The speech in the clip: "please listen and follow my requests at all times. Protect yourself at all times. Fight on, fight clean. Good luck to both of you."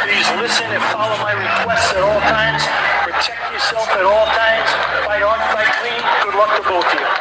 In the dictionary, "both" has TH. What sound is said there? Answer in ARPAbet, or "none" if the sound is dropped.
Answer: T